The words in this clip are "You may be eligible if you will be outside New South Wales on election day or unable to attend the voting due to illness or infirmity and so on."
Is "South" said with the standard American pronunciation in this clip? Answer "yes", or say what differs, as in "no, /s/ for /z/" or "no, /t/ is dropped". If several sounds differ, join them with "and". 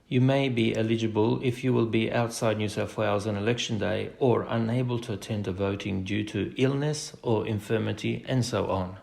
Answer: no, /f/ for /θ/